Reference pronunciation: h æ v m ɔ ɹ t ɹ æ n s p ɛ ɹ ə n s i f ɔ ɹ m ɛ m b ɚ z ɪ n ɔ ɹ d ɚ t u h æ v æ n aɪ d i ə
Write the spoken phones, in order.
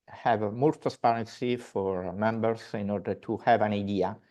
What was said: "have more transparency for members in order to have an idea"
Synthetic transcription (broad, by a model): h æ v m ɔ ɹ t ɹ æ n s p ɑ ɹ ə n s i f ɔ ɹ m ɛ m b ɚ s ɪ n ɔ ɹ d ɚ t u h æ v æ n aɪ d i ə